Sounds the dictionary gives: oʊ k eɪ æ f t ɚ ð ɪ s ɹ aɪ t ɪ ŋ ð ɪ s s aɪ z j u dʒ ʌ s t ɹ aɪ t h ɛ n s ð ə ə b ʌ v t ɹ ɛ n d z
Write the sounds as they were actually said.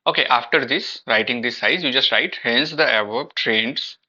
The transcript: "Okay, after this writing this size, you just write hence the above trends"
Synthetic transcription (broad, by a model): oʊ k eɪ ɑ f t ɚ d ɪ s ɹ aɪ t ɪ ŋ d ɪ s s aɪ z j u dʒ ʌ s t ɹ aɪ t h ɛ n s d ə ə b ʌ b t ɹ ɛ n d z